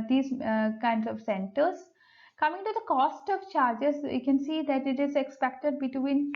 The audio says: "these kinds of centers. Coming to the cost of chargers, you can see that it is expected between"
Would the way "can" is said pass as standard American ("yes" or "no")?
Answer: yes